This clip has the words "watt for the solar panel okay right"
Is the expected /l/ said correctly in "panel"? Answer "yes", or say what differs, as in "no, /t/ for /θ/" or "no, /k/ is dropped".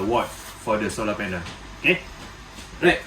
no, /n/ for /l/